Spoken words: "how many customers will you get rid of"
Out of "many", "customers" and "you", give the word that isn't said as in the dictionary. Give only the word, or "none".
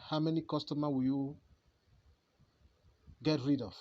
customers